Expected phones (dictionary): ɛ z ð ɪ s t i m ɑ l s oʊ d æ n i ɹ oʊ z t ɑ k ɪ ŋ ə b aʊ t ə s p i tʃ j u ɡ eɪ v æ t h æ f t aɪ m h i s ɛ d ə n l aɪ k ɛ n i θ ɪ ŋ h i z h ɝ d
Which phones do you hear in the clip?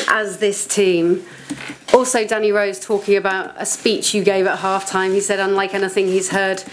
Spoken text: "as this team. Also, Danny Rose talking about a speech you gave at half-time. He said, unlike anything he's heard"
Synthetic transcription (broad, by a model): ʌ z ð ɪ s t i m ɑ l s oʊ d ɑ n i ɹ oʊ z t ɑ k ɪ ŋ ə b aʊ t ə s p i tʃ j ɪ ɡ eɪ v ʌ t h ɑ f t aɪ m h i s ɛ d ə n l aɪ k ɛ n i θ ɪ ŋ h i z h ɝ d